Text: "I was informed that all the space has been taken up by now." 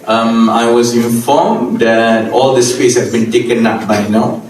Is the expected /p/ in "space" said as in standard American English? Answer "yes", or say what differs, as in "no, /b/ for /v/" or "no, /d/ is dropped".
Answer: no, /f/ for /p/